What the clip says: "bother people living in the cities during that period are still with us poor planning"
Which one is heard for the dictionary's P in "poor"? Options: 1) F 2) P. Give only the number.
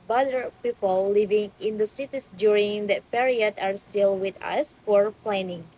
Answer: 1